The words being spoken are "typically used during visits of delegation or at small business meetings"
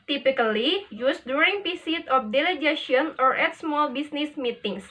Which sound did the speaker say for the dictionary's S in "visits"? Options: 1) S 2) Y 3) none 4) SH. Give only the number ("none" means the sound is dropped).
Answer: 3